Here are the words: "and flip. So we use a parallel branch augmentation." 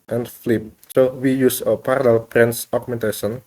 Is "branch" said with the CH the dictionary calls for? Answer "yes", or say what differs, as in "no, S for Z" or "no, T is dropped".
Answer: no, S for CH